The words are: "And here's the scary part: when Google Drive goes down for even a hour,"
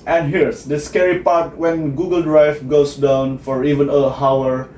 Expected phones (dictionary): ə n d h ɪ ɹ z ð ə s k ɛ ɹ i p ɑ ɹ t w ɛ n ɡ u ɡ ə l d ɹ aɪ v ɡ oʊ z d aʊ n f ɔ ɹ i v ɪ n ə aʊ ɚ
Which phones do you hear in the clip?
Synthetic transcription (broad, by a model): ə n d h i ɹ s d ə s k ɛ ɹ i p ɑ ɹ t w ɛ n ɡ u ɡ ə l d ɹ aɪ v ɡ oʊ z d aʊ n f ɔ ɹ i v ɪ n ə aʊ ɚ